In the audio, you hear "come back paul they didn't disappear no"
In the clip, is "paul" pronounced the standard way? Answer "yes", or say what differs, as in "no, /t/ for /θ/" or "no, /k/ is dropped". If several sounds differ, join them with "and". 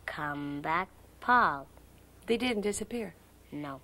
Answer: yes